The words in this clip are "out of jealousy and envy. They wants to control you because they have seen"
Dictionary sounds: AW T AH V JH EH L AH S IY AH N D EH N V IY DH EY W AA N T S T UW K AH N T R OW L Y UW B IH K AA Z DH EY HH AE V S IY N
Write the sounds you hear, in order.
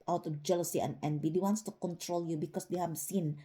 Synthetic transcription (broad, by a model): AW T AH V JH EH L AH S IY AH N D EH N B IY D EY W AA N T S T UW K AH N T R OW L Y UW B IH K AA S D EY HH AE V S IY N